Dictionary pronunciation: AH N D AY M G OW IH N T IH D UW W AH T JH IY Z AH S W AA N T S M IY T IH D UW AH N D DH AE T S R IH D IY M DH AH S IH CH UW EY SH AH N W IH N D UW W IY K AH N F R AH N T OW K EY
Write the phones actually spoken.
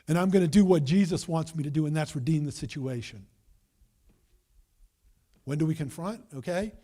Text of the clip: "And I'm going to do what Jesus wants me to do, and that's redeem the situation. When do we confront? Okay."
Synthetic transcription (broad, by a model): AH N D AY M G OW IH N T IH D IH W AH T JH IY Z AH S W AA N T S M IY T IH D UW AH N DH AE T S R IH D IY M DH AH S IH CH UW EY SH AH N W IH N D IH W IY K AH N F R AH N T OW K EY